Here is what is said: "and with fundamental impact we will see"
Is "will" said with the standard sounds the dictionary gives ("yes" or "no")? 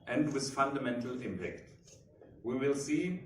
yes